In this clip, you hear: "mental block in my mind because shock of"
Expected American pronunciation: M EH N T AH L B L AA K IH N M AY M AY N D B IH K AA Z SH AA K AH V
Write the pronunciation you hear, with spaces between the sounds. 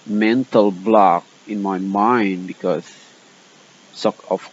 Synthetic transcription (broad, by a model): M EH N T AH L B L AA K IH N M AY M AY N D B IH K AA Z S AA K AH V